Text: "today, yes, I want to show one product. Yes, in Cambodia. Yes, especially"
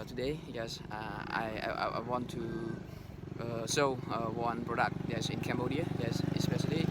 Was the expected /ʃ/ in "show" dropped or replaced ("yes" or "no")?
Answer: yes